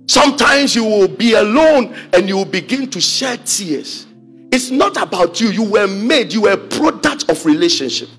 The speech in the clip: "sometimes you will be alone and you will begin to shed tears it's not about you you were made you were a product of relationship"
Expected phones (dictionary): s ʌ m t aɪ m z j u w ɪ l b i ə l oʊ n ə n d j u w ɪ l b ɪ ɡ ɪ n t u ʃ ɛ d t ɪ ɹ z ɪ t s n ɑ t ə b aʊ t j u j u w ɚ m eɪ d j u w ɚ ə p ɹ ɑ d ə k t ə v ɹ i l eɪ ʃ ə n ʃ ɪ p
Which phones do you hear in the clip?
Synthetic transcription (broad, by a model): s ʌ m t aɪ m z j u w ɪ l b i ə l oʊ n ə n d j u w ɪ l b ɪ ɡ ɪ n t u ʃ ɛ t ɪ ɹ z ɪ t s n ɑ t ə b aʊ t j u j u w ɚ m eɪ d j u w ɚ ə p ɹ ɑ d ə k t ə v ɹ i l eɪ ʃ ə n ʃ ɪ p